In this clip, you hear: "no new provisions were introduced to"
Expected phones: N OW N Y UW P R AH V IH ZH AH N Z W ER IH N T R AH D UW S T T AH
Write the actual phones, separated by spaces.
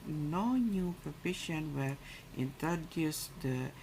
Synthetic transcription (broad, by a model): N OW N Y UW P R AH P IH SH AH N W ER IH N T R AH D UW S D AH